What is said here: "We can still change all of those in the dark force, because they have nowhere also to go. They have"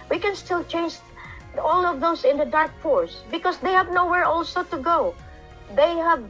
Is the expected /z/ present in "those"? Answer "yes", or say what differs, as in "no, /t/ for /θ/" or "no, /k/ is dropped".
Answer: no, /s/ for /z/